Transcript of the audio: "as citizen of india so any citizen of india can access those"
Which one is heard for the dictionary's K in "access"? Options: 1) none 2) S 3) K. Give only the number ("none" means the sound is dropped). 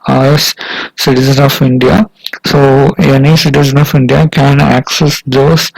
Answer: 3